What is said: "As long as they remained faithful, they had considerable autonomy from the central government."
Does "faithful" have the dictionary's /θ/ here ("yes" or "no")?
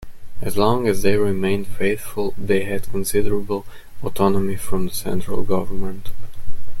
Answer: yes